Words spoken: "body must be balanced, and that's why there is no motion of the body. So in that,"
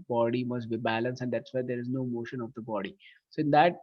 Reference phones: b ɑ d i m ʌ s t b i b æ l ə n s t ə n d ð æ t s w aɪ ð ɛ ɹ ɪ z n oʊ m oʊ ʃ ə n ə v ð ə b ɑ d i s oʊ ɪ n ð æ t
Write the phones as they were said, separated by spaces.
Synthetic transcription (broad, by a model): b ɑ d i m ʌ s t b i b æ l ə n s ə n d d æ t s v aɪ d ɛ ɹ ɪ z n oʊ m oʊ ʃ ə n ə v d ə b ɑ d i s oʊ ɪ n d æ t